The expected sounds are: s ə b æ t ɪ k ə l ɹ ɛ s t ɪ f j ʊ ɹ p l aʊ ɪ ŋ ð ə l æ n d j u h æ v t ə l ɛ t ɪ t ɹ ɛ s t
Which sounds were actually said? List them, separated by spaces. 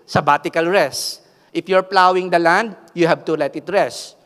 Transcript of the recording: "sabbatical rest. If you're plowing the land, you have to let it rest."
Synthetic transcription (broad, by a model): s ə b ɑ t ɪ k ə l ɹ ɛ s t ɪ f j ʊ ɹ p l aʊ ɪ ŋ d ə l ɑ n d j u h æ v t ə l ɛ t ɪ t ɹ ɛ s